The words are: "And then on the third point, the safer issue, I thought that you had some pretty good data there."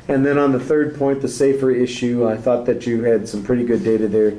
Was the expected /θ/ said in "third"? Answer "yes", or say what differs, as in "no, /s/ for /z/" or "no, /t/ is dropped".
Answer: yes